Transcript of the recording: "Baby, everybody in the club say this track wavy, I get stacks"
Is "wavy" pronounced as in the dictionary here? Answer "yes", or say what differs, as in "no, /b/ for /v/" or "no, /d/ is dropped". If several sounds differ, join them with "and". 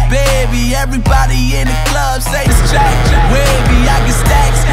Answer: no, /b/ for /v/